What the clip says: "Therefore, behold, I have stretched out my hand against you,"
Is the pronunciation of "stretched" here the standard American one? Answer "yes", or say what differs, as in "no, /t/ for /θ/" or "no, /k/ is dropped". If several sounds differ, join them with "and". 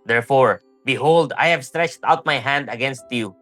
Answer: yes